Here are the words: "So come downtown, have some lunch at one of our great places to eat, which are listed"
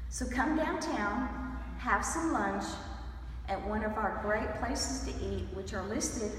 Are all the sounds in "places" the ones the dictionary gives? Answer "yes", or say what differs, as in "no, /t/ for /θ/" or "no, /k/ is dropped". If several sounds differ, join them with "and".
yes